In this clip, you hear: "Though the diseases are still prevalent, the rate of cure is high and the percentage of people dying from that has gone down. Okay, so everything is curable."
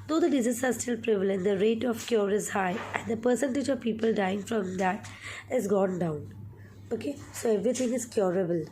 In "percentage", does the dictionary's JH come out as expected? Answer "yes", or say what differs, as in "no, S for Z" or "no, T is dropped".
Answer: yes